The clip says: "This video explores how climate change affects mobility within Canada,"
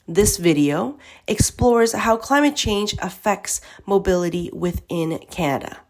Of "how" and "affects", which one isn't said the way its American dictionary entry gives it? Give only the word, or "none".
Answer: none